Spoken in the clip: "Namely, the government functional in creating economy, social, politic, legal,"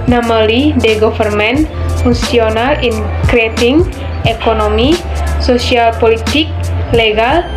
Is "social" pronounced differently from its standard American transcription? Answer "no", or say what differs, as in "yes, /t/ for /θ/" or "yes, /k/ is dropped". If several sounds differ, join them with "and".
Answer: yes, /s/ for /ʃ/